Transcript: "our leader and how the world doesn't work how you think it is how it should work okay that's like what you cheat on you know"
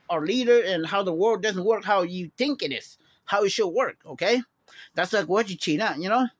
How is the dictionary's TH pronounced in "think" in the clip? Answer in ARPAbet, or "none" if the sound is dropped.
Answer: TH